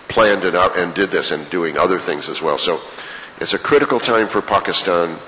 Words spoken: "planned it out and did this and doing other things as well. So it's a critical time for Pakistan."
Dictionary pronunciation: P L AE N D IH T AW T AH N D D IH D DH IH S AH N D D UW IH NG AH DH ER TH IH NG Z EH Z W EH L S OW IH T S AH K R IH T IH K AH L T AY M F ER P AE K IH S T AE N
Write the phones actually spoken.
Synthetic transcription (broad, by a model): P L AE N D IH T AW T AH N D D IH D DH IH S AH N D D UW IH NG AH DH ER TH IH NG Z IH Z W EH L S OW IH T S AH K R IH T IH K L T AY M F ER P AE K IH S T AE N